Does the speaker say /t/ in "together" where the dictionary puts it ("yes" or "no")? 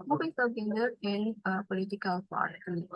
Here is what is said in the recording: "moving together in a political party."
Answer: no